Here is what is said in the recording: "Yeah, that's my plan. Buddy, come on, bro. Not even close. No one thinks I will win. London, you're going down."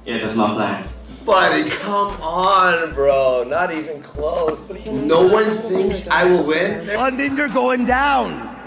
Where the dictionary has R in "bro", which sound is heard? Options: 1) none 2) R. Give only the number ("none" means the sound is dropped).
2